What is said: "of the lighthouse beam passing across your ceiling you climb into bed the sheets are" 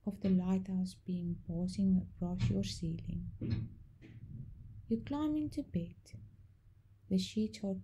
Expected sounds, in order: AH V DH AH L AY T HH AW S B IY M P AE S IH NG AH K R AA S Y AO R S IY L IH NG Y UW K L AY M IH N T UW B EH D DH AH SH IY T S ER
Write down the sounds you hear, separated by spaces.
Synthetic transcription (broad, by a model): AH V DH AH L AY T HH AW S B IY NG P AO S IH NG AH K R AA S Y AO R S IY L IH NG Y UW K L AY M IH N T UW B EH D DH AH SH IY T ER